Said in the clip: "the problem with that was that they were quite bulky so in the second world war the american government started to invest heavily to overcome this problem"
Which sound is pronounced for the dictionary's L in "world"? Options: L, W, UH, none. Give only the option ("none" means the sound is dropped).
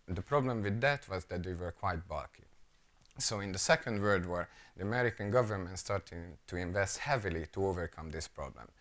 none